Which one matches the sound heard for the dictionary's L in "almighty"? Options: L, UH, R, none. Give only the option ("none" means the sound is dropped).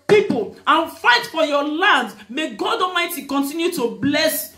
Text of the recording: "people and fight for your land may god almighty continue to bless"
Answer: none